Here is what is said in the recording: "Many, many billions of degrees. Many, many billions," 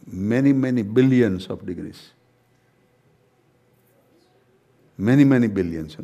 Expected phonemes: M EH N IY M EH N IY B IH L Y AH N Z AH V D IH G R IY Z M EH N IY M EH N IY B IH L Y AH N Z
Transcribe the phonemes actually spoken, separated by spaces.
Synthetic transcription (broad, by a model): M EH N IY M EH N IY B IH L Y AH N S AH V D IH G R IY S M EH N IY M EH N IY B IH L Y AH N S